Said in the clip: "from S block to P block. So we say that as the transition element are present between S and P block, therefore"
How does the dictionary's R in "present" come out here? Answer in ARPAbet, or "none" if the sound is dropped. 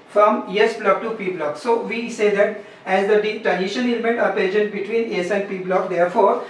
none